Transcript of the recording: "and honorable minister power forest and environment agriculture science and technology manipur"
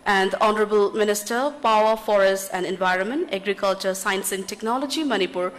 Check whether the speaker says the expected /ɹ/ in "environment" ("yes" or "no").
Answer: yes